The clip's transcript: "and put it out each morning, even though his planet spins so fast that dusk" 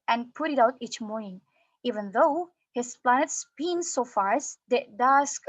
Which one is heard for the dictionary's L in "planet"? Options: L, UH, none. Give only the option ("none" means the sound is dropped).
L